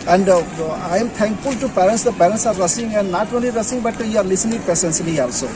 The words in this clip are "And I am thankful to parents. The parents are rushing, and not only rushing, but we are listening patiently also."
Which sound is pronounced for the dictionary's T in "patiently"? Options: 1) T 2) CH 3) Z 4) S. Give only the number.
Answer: 4